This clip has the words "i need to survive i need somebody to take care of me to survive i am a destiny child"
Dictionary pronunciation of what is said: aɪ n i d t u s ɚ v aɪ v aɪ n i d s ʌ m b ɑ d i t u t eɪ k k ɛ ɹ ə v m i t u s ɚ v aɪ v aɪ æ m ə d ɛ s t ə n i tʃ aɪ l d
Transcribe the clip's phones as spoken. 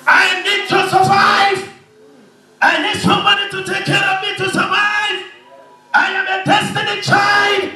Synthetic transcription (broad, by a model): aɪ n i d t u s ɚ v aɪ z aɪ n i d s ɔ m ɑ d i t u t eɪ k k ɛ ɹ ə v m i t u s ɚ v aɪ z aɪ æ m ə d ɛ s t ə n i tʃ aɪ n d